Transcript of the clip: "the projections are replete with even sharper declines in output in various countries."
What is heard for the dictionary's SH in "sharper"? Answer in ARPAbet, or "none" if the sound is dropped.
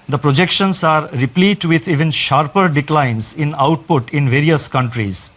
SH